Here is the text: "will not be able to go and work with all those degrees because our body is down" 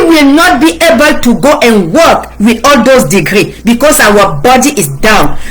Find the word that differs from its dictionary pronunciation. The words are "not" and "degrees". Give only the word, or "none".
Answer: degrees